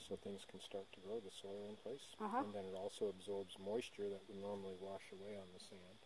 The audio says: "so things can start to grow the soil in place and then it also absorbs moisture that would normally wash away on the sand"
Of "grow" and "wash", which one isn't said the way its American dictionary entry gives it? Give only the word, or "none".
none